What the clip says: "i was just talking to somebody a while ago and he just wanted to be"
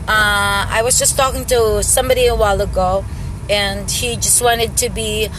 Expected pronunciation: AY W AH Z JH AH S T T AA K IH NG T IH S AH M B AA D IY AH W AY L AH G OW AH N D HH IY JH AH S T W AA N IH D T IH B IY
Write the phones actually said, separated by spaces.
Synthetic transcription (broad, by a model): AY W AH Z JH AH S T T AA K IH NG T IH S AH M B AA D IY AH W AY L AH G OW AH N HH IY JH AH S T W AA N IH D T IH B IY